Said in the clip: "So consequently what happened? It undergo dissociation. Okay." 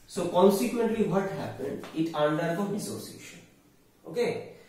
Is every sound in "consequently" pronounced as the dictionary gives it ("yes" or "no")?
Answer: yes